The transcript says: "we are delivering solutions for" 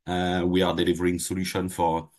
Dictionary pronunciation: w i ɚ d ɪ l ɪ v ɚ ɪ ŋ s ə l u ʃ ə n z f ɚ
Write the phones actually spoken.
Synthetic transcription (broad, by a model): w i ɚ d ɪ l ɪ v ɚ ɪ ŋ s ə l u ʃ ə n f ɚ